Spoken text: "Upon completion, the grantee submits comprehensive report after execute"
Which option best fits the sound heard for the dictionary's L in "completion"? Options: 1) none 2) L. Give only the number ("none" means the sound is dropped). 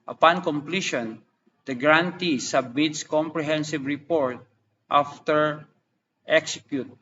2